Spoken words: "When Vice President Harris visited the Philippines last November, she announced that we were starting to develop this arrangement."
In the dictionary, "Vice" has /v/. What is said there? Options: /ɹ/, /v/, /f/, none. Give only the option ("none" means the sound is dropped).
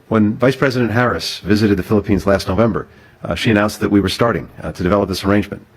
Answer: /v/